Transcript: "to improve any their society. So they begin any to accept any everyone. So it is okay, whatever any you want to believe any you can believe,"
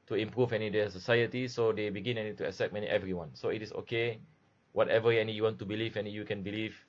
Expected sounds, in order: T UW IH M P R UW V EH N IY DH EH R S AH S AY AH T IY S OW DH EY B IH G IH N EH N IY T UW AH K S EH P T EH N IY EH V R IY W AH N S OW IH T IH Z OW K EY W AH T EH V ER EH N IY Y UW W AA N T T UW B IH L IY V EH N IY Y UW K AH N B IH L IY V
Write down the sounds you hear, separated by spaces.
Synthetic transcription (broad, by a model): T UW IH M P R UW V EH N IY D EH S AH S AY AH T IY S OW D EY B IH G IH N EH N IY T UW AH S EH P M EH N IY EH V R IY W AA N S OW IH T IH S OW K EY W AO T EH V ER EH N IY Y UW W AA N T T UW B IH L IY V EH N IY Y UW K AH N B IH L IY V